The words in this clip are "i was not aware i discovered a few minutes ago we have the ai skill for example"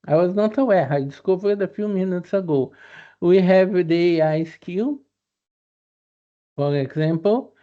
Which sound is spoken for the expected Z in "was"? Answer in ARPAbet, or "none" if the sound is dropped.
Z